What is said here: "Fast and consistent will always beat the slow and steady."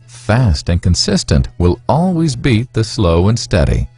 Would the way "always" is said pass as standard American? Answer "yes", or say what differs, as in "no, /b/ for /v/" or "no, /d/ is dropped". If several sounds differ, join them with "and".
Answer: yes